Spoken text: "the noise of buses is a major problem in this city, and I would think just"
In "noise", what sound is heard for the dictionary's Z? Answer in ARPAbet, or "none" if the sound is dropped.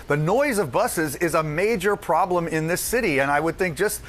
Z